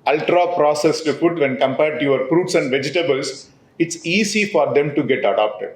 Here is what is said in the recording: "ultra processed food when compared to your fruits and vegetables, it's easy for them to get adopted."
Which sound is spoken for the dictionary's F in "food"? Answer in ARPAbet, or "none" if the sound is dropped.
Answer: P